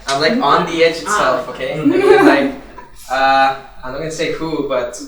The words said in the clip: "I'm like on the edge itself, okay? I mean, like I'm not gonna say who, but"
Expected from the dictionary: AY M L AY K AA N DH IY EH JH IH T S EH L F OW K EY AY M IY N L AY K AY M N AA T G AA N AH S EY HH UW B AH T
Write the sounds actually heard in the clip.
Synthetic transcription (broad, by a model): AY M L AY K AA N DH IY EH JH IH T S EH L F OW K EY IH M L AY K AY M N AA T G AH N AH S EY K UW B AH T